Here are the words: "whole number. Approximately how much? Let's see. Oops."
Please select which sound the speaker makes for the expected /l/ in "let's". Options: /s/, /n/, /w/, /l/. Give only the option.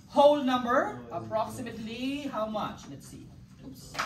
/n/